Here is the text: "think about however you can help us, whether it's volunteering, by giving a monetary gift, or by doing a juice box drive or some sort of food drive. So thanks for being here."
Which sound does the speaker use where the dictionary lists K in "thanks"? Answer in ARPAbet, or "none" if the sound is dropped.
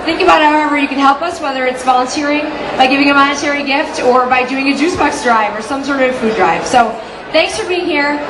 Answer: K